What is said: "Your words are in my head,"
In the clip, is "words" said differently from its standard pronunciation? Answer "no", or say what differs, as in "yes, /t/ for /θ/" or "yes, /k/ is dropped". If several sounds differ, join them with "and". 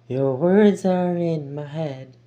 no